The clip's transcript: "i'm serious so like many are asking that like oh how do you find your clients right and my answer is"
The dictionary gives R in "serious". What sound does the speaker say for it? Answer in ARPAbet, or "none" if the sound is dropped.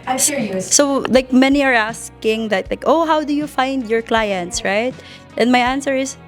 L